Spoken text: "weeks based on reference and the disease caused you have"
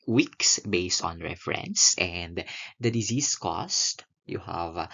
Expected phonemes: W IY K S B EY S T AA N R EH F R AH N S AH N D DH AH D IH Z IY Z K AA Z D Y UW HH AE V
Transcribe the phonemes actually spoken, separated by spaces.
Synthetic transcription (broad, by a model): W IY K S B EY S T AA N R EH F R AH N S AH N D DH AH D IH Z IY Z K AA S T Y UW HH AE V